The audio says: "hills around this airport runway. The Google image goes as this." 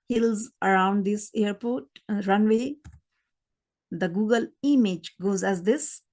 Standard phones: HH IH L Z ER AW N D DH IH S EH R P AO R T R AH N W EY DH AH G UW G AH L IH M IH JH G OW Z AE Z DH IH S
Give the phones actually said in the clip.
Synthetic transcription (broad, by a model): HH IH L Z ER AW N D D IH S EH R P AO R T R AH N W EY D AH G UW G AH L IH M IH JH G OW Z AE Z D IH S